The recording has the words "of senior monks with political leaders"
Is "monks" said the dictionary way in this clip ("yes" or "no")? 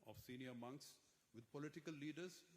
yes